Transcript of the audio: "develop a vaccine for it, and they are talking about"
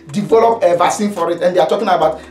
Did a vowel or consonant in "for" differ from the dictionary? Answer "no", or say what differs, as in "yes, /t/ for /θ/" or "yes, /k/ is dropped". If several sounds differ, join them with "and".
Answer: no